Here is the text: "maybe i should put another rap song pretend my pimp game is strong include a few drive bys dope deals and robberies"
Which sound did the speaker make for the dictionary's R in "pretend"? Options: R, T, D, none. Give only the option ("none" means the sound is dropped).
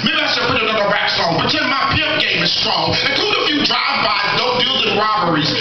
none